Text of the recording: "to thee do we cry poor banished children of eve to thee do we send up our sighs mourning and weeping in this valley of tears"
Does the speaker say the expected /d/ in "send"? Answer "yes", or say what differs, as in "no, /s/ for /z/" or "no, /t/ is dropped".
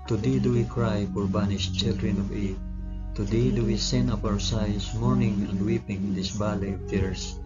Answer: no, /d/ is dropped